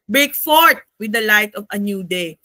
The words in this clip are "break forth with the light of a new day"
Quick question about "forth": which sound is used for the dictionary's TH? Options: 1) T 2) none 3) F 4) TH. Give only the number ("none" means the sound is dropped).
1